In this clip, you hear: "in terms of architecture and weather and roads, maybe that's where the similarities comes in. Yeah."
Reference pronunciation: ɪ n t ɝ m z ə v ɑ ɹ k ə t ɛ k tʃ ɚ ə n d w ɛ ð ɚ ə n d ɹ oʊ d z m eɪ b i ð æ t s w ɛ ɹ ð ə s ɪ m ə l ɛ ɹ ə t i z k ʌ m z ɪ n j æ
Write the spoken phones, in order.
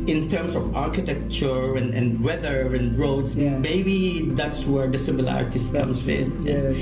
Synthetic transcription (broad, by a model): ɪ n t ɝ m s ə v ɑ ɹ k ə t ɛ k tʃ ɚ ə n d w ɛ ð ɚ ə n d ɹ oʊ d s m eɪ b i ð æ t s w ɛ ɹ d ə s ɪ m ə l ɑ ɹ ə t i s k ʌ m s ɪ n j